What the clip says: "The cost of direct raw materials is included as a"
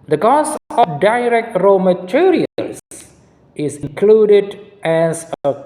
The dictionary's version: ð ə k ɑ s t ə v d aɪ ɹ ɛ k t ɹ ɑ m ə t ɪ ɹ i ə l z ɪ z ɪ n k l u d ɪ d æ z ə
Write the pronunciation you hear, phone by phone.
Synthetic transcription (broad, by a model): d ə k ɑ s ə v d aɪ ɹ ɛ k t ɹ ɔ m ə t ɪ ɹ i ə l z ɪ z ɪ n k l u d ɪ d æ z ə